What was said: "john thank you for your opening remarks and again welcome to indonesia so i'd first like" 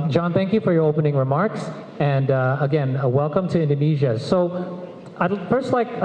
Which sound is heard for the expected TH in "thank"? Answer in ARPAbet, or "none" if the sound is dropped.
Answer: TH